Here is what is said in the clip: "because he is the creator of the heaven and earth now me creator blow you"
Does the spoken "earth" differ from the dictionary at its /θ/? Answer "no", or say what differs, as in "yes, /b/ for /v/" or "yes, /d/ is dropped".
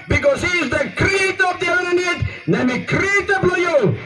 yes, /t/ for /θ/